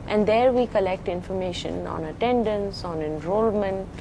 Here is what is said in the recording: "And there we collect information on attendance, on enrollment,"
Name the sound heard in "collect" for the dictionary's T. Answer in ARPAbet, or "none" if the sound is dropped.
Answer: T